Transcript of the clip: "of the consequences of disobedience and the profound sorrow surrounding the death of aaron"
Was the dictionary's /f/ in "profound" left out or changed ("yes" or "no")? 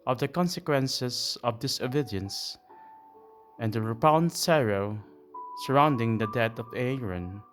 yes